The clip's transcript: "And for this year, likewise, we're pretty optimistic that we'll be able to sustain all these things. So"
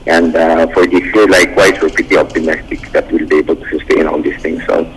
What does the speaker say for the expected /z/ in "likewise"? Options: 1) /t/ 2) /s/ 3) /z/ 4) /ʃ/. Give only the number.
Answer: 2